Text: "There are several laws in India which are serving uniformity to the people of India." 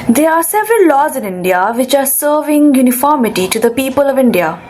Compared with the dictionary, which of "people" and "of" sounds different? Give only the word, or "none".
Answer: none